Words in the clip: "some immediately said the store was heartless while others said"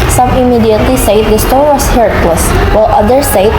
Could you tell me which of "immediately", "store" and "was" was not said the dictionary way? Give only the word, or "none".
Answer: was